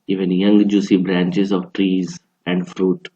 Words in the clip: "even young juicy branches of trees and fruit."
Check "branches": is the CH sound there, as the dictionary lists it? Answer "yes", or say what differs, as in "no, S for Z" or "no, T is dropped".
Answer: yes